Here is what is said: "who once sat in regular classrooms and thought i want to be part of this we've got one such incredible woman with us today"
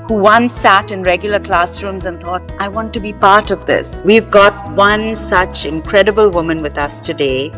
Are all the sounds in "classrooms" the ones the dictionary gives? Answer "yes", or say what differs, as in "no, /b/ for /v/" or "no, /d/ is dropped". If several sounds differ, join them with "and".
yes